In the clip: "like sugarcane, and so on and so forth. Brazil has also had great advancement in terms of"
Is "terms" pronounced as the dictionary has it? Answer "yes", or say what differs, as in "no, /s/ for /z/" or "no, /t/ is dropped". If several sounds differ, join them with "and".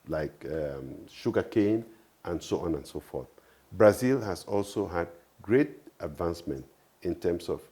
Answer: no, /s/ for /z/